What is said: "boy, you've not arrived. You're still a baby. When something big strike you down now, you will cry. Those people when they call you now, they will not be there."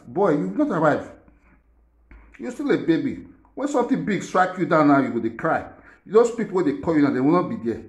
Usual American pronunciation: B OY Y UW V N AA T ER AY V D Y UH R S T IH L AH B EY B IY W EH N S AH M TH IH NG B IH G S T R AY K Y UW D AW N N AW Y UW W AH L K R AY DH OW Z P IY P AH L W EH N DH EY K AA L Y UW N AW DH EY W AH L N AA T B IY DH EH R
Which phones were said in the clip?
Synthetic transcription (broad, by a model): B OY Y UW W N AA T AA AY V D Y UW S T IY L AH B EY B IY W EH N S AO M T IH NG B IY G S T R AY K Y UW D AW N N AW Y UW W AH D K R AY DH OW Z P IY P AH L W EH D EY K AA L Y UW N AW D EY W AH L N AA T B IY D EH